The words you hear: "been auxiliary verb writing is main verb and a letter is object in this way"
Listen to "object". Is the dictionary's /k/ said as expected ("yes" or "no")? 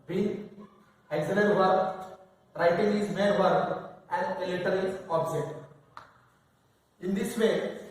no